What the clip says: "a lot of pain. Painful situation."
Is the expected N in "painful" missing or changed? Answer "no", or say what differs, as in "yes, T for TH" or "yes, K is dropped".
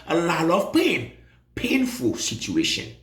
no